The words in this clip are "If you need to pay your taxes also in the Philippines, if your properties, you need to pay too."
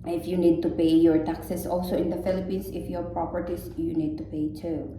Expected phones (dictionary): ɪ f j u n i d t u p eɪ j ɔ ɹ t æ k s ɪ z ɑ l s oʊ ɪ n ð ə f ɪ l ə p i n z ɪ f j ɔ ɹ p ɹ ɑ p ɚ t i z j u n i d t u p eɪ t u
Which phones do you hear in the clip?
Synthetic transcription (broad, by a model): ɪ f j u n i d t u p eɪ j ɔ ɹ t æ k s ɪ s ɑ l s oʊ ɪ n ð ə f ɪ l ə p i n s ɪ f j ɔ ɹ p ɹ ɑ p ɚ t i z j u n i d t u p eɪ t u